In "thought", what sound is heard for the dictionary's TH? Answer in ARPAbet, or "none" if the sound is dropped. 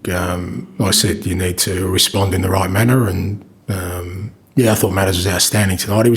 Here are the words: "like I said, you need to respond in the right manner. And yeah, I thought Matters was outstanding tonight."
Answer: TH